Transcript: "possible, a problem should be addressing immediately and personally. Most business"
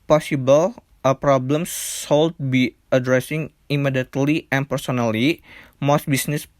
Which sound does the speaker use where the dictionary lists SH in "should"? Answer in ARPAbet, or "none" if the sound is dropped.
S